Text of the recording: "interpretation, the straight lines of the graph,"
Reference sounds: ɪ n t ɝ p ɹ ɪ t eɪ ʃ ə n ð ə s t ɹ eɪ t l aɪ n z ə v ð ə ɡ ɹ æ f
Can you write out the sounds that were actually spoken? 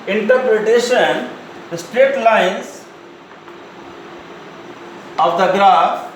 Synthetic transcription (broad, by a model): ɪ n t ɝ p ɹ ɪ t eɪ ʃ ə n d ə s t ɹ eɪ t l aɪ n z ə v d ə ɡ ɹ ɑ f